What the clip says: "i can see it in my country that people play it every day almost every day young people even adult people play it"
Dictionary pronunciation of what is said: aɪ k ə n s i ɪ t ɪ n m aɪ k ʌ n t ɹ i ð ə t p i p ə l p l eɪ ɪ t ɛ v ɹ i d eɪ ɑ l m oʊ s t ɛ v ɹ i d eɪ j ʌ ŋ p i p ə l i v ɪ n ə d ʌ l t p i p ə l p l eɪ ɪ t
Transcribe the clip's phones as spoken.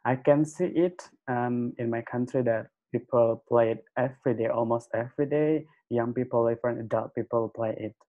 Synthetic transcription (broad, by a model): aɪ k ə n s i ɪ t ɪ n m aɪ k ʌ n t ɹ i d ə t p i p ə l p l eɪ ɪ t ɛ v ɹ i d eɪ ɑ l m oʊ s t ɛ v ɹ i d eɪ j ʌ ŋ p i p ə l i f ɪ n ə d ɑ t p i p ə l p l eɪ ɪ t